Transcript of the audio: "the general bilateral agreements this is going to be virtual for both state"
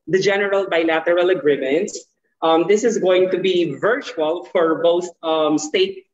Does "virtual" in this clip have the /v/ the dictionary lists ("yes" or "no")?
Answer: yes